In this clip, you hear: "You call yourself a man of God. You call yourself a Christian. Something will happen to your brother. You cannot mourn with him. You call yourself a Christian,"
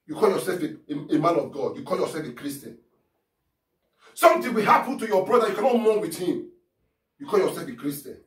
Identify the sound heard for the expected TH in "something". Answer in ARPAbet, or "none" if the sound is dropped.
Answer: T